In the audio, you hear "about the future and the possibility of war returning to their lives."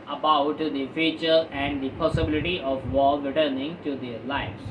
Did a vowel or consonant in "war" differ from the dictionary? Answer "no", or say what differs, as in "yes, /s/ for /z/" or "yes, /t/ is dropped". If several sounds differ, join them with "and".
yes, /l/ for /ɹ/